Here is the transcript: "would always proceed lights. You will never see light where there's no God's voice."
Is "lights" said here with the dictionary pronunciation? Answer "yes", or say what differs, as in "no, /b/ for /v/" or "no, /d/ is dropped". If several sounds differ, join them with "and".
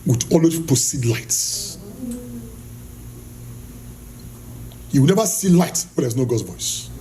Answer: yes